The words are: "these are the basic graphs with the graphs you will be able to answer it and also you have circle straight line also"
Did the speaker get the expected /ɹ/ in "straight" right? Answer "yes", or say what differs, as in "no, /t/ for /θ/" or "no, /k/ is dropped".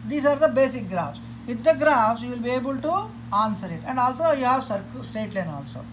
no, /ɹ/ is dropped